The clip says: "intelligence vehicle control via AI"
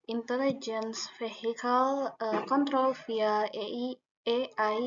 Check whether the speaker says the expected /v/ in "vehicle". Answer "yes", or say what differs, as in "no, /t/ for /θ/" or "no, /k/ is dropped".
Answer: no, /f/ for /v/